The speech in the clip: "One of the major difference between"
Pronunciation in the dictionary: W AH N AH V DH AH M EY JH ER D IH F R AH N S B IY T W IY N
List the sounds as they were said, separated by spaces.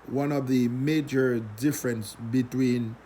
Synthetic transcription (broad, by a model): W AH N AH V DH AH M EY JH ER D IH F R AH N S B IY T W IY N